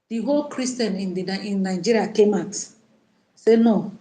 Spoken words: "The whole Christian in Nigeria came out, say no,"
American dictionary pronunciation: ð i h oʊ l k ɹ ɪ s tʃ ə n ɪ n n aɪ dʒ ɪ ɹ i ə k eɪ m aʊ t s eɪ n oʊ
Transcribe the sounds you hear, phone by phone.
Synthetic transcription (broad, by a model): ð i h oʊ l k ɹ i s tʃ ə n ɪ n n aɪ dʒ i ɹ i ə k eɪ m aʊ t s eɪ n oʊ